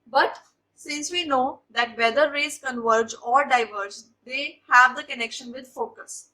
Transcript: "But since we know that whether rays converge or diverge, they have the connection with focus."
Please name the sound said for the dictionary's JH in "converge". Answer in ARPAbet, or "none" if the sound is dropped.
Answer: JH